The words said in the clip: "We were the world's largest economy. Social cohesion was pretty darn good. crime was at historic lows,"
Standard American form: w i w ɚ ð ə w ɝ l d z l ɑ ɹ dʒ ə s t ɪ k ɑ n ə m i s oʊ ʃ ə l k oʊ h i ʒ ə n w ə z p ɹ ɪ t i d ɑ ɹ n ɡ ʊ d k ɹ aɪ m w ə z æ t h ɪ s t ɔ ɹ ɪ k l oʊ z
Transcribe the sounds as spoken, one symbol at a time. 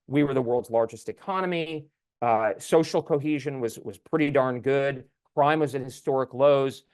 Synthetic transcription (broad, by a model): w i w ɚ ð ə w ɝ l d z l ɑ ɹ dʒ ə s t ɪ k ɑ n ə m i s oʊ ʃ l k oʊ h i ʒ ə n w ə z p ɹ ɪ t i d ɑ ɹ n ɡ ʊ d k ɹ aɪ m w ə z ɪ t h ɪ s t ɔ ɹ ɪ k l oʊ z